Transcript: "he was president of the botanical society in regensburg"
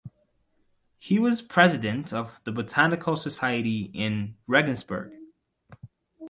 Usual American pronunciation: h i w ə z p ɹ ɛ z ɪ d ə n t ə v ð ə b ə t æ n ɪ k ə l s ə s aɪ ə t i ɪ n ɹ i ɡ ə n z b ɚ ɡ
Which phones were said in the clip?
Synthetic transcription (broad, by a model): h i w ə z p ɹ ɛ z ɪ d ə n t ə v ð ə b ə t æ n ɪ k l s ə s aɪ ə t i ɪ n ɹ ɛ ɡ n z b ɚ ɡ